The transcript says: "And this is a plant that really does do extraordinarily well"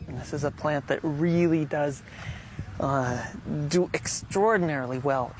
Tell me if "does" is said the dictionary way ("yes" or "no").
yes